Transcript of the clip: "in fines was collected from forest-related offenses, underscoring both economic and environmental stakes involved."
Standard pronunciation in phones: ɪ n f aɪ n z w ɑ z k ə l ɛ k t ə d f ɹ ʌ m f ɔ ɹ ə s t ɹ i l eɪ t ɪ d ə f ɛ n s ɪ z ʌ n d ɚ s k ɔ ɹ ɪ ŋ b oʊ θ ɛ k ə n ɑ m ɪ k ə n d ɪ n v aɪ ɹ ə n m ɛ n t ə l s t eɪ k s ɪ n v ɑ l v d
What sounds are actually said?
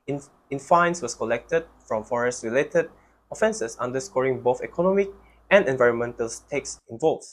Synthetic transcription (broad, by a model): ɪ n f aɪ n s w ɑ s k ə l ɛ k t ə d f ɹ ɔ m f ɔ ɹ ə s t ɹ i l eɪ t ɪ d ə f ɛ n s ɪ s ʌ n d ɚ s k ɔ ɹ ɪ ŋ b oʊ θ ɛ k ə n ɑ m ɪ k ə n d ɪ n v aɪ ɹ ə n m ɛ n t ə l s t eɪ k s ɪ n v ɑ l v